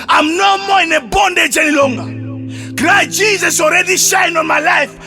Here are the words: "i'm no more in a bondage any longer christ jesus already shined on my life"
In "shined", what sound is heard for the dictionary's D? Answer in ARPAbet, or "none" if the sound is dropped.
none